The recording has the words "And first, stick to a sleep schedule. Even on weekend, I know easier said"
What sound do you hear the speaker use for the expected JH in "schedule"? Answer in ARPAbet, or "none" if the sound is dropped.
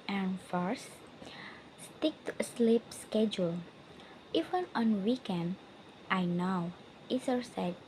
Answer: JH